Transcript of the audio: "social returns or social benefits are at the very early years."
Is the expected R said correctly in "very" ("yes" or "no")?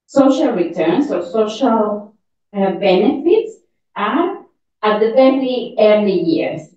no